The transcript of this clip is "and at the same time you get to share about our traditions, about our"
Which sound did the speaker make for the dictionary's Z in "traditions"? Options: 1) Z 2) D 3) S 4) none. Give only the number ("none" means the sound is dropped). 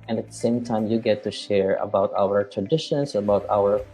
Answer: 3